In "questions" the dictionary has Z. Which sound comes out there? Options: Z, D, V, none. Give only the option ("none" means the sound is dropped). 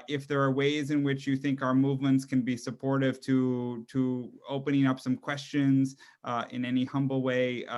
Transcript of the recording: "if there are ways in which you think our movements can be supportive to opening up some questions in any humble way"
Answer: Z